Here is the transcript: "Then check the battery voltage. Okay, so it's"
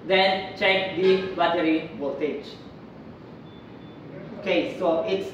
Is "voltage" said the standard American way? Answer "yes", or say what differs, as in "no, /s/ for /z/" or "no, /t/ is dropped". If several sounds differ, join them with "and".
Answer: no, /l/ is dropped